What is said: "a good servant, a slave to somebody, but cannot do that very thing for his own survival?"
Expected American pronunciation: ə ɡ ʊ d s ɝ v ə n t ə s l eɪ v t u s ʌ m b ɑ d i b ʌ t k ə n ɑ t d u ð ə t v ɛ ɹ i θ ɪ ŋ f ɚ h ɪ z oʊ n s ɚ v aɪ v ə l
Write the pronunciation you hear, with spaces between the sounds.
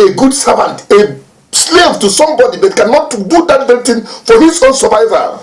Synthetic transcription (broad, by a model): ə ɡ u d s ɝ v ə n t ə s l eɪ v t u s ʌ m b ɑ d i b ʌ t k ə n ɑ t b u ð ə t b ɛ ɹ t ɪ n f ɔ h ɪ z oʊ n s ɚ v aɪ v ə